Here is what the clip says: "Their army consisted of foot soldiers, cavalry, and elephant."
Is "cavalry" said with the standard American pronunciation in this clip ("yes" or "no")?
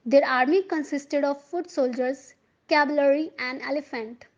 no